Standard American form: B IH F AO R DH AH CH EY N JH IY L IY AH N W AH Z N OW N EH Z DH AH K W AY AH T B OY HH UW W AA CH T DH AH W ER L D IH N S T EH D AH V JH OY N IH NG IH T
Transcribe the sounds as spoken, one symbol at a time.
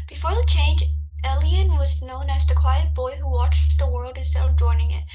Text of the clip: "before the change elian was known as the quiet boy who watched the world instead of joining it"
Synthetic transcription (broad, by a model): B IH F AO R DH AH CH EY N JH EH L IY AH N W AH Z N OW N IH Z DH AH K W AY AH T B OY HH UW W AA CH DH AH W ER L D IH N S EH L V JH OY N IH NG IH T